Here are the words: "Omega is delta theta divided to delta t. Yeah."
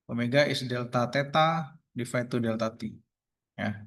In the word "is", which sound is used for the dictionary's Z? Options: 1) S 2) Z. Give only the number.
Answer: 1